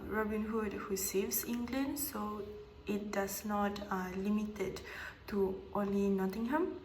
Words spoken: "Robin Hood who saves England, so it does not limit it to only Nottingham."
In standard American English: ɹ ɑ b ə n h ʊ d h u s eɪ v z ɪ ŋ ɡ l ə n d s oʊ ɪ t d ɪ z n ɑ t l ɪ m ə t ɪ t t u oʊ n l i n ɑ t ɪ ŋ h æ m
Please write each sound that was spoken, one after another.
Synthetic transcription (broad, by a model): ɹ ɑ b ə n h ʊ d h u s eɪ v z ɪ ŋ ɡ l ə n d s oʊ ɪ t d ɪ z n ɑ t l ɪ m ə t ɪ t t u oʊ l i n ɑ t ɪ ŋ h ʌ m